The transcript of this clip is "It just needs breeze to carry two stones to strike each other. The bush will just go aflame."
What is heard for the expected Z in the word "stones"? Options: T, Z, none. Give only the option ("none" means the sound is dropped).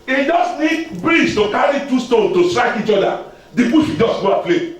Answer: none